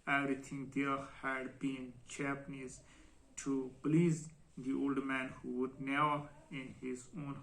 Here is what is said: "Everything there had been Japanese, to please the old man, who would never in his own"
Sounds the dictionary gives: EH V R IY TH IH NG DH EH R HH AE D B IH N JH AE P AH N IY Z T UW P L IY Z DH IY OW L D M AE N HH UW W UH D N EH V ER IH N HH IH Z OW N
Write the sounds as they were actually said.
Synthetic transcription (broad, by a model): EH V R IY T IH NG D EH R HH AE D B IH N CH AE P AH N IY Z T UW P L IY Z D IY OW L D M AE N HH UW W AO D N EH UH IH N HH IH Z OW N